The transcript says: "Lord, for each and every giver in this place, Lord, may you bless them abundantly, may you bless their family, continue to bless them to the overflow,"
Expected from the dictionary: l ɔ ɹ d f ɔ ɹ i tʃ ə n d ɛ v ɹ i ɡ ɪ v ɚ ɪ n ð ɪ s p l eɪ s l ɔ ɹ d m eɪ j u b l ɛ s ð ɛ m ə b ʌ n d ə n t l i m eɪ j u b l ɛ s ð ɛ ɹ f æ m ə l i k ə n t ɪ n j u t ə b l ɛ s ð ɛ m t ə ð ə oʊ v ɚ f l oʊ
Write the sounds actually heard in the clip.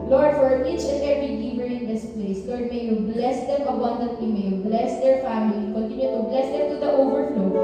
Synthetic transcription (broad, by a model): l ɔ ɹ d f ɔ ɹ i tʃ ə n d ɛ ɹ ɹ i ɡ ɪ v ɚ ɪ n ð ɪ s p l eɪ s l ɔ ɹ d m eɪ j u b l ɛ s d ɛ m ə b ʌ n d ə t i m eɪ j u b l ɛ s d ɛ ɹ f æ m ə l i k ə n t ɪ n j u t ə b l ɛ s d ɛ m t ə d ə oʊ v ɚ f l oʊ